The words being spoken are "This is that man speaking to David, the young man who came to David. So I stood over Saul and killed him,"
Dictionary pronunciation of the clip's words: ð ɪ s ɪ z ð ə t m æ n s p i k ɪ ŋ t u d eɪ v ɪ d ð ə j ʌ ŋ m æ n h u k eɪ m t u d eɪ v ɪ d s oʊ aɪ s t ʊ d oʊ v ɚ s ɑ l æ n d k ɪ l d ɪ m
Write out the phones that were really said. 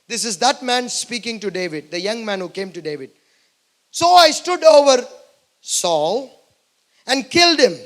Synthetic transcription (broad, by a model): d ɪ s ɪ z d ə t m æ n s p i k ɪ ŋ t u d eɪ v ɪ d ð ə j ʌ ŋ m æ n h u k eɪ m t u d eɪ v ɪ d s oʊ aɪ s t ʊ d oʊ v ɚ s ɑ l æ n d k ɪ l d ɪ m